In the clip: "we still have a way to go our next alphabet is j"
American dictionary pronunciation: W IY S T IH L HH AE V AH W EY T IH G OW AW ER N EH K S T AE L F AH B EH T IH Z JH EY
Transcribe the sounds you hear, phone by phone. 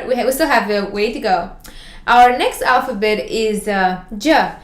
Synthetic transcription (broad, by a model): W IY S T IH L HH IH V AH W EY T IH G OW AW ER N EH K S T AE L F AH B EH T IH Z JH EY